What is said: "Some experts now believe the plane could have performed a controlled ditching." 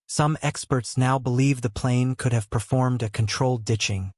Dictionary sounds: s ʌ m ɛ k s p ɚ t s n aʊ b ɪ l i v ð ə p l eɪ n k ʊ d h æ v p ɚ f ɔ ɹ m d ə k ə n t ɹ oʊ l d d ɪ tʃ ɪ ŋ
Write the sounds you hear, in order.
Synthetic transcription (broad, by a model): s ʌ m ɛ k s p ɚ t s n aʊ b ɪ l i v ð ə p l eɪ n k ʊ d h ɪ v p ɚ f ɔ ɹ m d ə k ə n t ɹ oʊ l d d ɪ tʃ ɪ ŋ